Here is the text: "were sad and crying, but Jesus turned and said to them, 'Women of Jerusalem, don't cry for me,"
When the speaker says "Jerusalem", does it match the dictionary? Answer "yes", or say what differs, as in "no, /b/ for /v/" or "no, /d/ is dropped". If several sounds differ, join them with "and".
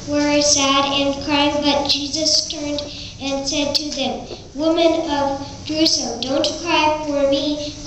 no, /l/ is dropped